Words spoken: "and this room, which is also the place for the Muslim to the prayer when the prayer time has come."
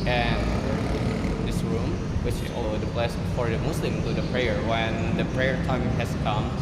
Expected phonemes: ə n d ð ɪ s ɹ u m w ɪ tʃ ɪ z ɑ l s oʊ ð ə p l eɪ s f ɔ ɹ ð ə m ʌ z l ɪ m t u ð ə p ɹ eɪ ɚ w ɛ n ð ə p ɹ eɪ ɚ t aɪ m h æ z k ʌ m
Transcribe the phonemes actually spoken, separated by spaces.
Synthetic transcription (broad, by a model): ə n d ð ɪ s ɹ u m w ɪ tʃ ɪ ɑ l oʊ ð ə b l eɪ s f ɔ ɹ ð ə m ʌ s l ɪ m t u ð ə p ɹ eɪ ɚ w ɛ n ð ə p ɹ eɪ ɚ t aɪ m h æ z k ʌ m